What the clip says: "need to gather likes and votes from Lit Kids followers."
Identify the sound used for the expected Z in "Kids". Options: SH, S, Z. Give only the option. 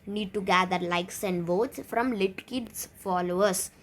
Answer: S